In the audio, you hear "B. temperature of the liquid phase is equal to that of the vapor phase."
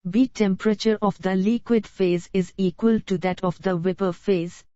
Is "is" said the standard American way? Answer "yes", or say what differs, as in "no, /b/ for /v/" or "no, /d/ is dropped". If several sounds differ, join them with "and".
yes